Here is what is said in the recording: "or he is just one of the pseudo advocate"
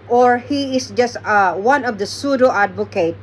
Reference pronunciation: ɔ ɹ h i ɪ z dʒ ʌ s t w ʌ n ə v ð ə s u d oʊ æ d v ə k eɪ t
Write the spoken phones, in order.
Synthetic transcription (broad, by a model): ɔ ɹ h i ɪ s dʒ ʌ s t w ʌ n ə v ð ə s u d oʊ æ d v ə k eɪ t